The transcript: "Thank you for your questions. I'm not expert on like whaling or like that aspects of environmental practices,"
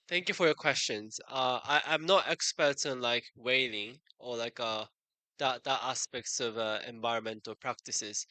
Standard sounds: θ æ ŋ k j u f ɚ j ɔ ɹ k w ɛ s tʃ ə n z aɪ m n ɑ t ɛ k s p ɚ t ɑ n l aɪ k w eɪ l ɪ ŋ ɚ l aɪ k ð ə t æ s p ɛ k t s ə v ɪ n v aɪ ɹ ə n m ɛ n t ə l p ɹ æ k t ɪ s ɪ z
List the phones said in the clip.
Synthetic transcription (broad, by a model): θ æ ŋ k j u f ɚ j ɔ k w ɛ s tʃ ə n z aɪ m n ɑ t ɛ k s p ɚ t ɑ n l aɪ k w eɪ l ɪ ŋ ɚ l aɪ k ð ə t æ s p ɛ k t s ə v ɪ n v aɪ ɹ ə n m ɛ n t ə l p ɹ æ k t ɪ s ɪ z